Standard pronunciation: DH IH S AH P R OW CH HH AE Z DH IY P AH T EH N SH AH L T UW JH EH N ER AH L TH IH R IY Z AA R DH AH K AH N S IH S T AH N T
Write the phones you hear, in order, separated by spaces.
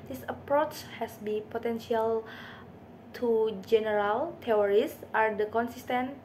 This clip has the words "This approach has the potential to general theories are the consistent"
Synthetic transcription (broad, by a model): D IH S AH P R OW CH HH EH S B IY P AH T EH N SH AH L T UW JH EH N ER AH L T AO R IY S AA R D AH K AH N S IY S T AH N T